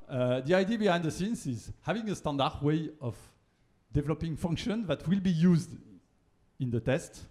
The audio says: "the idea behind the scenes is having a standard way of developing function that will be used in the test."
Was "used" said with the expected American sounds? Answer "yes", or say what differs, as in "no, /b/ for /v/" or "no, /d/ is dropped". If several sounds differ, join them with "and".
yes